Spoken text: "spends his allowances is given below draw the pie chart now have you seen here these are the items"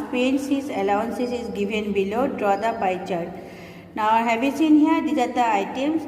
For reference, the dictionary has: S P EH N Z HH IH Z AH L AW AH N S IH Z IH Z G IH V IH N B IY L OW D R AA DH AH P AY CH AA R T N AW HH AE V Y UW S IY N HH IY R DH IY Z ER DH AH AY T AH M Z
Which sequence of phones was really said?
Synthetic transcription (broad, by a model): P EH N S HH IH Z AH L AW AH N S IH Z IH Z G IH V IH N B IY L OW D R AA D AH P AY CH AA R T N AW HH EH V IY S IY N HH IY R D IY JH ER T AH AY T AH M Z